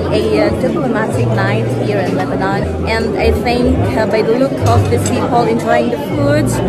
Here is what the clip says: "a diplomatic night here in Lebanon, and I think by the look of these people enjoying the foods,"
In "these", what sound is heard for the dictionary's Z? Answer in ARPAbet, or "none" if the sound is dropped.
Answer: S